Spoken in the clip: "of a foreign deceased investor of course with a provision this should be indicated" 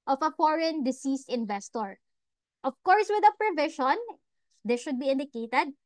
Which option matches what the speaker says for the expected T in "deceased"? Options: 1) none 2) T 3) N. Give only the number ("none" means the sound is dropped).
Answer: 2